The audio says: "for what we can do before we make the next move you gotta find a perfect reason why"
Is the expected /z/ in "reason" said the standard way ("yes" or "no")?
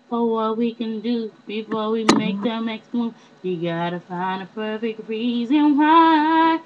yes